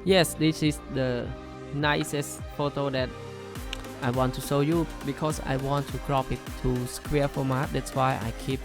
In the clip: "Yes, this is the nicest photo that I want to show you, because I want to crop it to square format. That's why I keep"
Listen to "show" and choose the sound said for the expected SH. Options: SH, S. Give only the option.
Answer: S